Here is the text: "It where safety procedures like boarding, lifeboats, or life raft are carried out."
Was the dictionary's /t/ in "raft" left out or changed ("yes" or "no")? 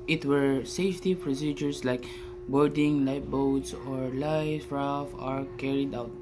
yes